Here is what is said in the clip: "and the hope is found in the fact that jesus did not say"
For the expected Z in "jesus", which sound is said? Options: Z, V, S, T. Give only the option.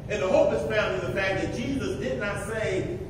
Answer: Z